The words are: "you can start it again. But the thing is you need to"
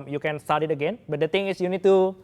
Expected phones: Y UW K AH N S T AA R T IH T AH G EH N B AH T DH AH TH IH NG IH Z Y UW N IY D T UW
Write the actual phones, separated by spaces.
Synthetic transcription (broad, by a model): Y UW K AH N S T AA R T IH T AH G EH N B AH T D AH T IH NG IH S Y UW N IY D T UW